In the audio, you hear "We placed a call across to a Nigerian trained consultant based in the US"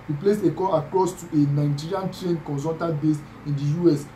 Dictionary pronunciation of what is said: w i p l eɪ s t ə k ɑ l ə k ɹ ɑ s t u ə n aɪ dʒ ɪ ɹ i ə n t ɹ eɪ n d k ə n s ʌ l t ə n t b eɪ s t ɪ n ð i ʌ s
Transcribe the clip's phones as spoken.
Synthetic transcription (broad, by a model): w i p l eɪ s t ə k ɑ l ə k ɹ ɑ s t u ə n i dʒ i ɹ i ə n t ɹ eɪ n k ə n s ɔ t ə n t b eɪ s ɪ n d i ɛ s